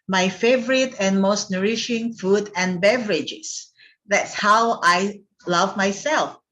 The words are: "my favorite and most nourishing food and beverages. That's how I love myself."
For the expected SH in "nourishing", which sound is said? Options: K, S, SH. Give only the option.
SH